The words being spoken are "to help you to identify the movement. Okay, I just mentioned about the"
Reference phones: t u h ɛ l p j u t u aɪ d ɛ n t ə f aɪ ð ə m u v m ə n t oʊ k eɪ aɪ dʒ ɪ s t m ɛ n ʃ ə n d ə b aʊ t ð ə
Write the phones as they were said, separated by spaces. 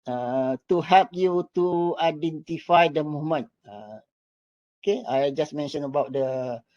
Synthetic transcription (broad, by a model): t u h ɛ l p j u t u aɪ d ɛ n t ə f aɪ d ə m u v m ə n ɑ oʊ k eɪ aɪ dʒ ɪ s m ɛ n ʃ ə n ə b aʊ t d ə